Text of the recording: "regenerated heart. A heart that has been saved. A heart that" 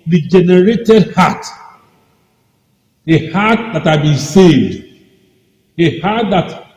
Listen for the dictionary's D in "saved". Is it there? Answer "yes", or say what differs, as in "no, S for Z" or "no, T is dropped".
yes